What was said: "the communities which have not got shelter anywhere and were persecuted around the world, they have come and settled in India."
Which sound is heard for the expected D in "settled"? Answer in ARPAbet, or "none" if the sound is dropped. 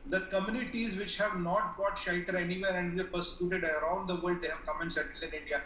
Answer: none